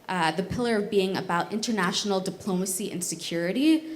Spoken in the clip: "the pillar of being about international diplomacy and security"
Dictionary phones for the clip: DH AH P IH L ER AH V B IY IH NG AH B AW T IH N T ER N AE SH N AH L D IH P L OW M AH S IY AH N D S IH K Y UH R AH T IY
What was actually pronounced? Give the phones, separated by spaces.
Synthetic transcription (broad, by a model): DH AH P IH L ER AH V B IY IH NG AH B AW T IH N T ER N AE SH N L D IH P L OW M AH S IY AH N S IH K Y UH R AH T IY